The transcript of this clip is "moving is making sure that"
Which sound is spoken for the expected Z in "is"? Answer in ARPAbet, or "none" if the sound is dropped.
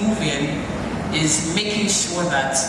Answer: Z